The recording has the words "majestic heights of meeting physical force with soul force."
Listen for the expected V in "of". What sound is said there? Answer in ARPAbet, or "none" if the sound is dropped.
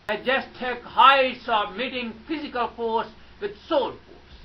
B